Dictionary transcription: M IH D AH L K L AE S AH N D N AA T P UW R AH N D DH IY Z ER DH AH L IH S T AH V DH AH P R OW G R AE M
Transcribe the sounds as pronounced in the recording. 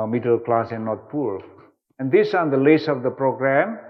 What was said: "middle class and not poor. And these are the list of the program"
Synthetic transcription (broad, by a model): M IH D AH L K L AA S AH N N AA T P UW L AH N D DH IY S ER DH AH L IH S AH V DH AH P R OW G R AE M